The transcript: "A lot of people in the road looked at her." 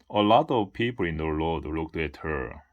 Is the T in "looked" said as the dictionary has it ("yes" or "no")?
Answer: yes